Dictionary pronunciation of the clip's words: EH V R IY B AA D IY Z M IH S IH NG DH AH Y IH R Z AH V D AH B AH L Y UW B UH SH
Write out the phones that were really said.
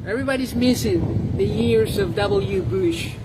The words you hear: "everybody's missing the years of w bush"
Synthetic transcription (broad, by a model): EH V R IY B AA D IY Z M IH S IH NG DH AH Y IH R Z AH V D AH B L Y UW B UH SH